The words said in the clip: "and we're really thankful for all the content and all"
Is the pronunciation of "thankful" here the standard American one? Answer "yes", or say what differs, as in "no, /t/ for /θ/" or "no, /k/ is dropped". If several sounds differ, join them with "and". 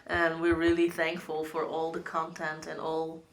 yes